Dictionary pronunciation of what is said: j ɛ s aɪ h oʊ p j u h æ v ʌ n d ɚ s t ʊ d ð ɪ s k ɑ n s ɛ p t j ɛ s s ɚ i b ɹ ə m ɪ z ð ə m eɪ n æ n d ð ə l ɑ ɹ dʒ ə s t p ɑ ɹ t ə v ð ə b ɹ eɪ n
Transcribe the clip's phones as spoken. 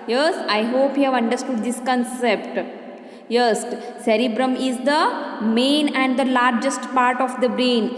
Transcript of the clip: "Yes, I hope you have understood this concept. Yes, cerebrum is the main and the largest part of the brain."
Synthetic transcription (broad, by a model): j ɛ s aɪ h oʊ p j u h æ v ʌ n d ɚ s t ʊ d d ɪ s k ɑ n s ɛ p t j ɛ s s ɚ i b ɹ ə m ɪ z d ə m eɪ n æ n d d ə l ɑ ɹ dʒ ə s t p ɑ ɹ t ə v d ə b ɹ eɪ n